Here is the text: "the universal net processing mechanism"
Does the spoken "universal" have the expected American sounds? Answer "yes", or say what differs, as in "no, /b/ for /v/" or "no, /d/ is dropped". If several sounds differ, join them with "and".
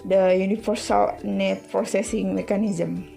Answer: no, /f/ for /v/